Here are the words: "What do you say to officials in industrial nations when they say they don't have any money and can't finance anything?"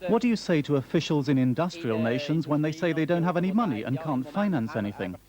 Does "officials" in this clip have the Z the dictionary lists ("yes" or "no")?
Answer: yes